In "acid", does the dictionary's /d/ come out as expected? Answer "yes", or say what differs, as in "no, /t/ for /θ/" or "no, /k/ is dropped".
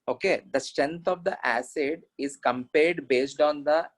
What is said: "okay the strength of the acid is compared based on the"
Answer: yes